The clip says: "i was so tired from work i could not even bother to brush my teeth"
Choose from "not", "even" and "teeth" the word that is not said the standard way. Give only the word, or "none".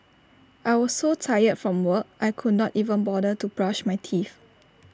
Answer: teeth